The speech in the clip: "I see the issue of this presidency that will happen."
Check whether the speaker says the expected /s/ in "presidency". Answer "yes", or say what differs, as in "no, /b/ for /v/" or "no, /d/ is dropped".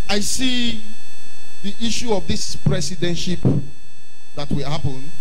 no, /ʃ/ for /s/